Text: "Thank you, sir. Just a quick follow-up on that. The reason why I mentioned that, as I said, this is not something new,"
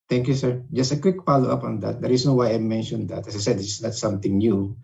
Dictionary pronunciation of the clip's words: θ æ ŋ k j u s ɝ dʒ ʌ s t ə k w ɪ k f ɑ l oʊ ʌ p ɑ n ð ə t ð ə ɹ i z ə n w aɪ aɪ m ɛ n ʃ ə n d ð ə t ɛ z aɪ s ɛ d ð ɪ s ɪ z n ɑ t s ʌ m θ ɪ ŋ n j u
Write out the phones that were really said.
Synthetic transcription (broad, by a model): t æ ŋ k j u s ɝ dʒ ʌ s t ə k w ɪ k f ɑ l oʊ ʌ p ɑ n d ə t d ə ɹ i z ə n w aɪ aɪ m ɛ n ʃ ə n d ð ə t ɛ s aɪ s ɛ d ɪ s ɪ s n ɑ t s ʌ m t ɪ ŋ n j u